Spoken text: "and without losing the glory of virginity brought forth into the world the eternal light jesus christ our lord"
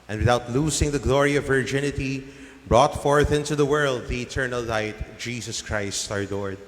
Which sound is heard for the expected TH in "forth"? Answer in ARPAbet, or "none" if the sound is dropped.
TH